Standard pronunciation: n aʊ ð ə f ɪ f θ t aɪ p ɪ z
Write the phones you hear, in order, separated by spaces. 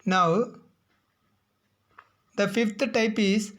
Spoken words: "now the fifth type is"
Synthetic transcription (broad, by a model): n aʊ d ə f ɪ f t t aɪ p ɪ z